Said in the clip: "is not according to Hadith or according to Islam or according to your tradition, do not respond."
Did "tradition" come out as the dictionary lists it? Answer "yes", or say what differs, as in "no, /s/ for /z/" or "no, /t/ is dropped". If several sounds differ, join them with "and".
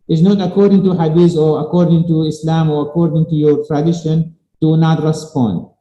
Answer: yes